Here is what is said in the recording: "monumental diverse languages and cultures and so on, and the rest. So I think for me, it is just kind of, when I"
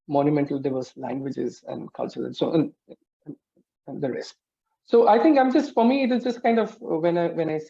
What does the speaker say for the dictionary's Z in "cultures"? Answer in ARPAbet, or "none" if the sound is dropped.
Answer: none